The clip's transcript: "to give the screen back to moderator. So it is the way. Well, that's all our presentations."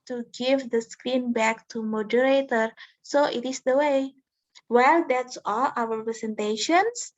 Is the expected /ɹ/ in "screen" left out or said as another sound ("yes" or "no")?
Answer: no